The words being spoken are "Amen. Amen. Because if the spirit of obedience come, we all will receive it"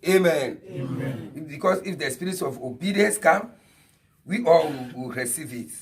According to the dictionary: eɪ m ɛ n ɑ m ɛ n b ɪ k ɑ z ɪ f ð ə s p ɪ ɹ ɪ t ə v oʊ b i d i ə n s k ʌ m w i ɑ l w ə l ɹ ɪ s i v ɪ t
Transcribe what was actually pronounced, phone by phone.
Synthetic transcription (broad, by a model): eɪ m m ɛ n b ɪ k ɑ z ɪ f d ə s p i ɹ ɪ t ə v oʊ b i d i ə n s k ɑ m w i ɑ l w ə w ɹ ɪ s i v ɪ t